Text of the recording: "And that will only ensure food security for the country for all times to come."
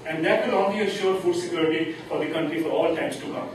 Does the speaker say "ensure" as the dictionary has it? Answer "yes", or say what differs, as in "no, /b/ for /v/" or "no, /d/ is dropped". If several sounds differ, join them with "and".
no, /n/ is dropped